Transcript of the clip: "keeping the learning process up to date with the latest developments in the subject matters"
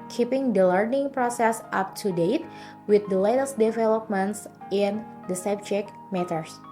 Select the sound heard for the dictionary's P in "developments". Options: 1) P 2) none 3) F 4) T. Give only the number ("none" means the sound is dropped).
1